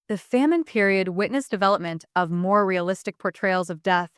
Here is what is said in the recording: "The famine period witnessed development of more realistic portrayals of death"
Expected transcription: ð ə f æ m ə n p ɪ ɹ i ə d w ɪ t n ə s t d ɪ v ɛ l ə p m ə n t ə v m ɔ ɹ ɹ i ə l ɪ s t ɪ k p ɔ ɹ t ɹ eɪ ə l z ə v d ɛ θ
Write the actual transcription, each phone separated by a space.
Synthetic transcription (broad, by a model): ð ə f æ m ə n p ɪ ɹ i ə d w ɪ t n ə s d ɪ v ɛ l ə p m ə n t ə v m ɔ ɹ ɹ i ə l ɪ s t ɪ k p ɔ ɹ t ɹ eɪ ə l z ə v d ɛ θ